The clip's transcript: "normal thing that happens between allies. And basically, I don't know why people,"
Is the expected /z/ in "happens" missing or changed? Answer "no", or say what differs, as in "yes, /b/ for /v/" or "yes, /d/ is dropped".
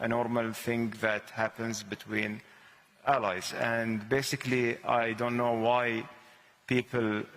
no